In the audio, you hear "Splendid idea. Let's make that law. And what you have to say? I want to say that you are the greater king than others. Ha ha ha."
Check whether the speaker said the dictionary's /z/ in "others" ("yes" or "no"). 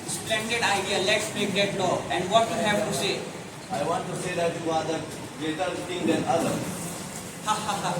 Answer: no